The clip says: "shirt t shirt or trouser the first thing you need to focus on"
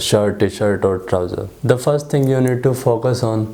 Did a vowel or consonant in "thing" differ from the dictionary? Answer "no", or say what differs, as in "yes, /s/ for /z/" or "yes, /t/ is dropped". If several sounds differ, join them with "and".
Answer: yes, /t/ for /θ/